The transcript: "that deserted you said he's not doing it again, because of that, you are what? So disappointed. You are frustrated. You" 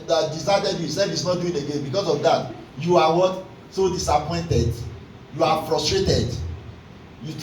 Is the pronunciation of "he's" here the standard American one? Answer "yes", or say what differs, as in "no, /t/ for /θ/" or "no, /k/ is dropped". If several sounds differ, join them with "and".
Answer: no, /s/ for /z/